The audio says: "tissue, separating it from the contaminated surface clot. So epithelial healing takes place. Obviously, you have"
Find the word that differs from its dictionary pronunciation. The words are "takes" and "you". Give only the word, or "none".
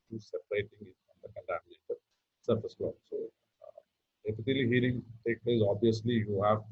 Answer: takes